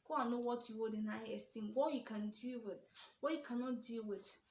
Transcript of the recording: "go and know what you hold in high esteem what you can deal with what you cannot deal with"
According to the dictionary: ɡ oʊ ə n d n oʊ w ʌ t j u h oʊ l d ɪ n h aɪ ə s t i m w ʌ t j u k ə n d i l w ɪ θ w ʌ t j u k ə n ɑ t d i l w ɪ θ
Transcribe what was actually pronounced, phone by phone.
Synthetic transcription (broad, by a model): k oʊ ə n n oʊ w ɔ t j u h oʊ d ɪ n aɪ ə s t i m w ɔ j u k ə n d i l w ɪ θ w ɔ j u k ə n ɑ t d i l w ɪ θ